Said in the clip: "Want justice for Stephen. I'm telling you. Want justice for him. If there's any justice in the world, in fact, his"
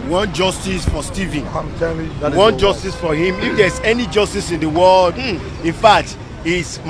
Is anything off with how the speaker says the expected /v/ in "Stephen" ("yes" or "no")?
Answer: no